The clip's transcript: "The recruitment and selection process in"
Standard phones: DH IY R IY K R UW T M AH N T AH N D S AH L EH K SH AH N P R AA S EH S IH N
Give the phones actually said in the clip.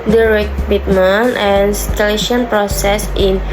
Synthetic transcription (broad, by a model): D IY R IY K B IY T M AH N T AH N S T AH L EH SH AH N P R AA S EH S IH N